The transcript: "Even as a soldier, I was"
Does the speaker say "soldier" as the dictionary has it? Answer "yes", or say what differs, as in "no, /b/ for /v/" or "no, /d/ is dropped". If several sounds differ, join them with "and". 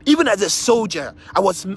yes